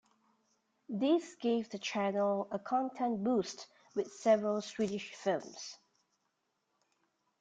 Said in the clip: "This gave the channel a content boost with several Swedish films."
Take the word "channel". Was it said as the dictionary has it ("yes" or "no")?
yes